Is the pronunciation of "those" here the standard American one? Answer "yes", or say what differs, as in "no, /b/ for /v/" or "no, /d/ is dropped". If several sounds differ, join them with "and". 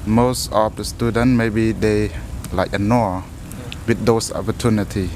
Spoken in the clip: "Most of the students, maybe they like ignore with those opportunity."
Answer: no, /s/ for /z/